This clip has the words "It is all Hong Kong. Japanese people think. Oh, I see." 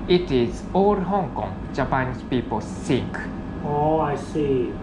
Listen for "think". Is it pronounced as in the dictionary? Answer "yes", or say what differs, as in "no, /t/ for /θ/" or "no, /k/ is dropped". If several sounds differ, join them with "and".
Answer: no, /s/ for /θ/